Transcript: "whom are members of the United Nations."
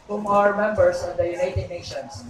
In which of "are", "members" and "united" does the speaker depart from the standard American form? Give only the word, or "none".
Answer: members